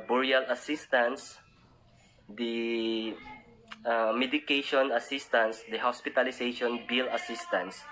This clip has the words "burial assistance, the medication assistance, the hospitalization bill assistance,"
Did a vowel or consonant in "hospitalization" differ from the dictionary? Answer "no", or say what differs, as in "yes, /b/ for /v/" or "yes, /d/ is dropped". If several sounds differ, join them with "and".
yes, /s/ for /z/